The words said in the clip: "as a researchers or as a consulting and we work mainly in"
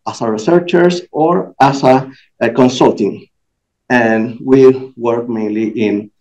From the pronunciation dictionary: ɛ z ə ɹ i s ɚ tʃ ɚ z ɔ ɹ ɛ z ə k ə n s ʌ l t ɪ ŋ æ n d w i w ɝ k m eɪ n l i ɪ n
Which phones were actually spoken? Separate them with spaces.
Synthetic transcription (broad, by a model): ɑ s ə ɹ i s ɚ tʃ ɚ s ɔ ɹ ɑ s ə k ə n s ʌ l t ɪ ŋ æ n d w i w ɝ k m eɪ n l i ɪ n